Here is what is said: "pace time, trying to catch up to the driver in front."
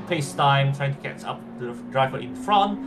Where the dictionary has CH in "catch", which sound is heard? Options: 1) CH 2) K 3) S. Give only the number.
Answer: 3